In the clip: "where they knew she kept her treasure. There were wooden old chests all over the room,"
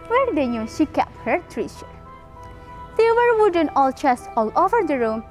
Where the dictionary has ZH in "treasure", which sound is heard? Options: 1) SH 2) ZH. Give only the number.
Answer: 1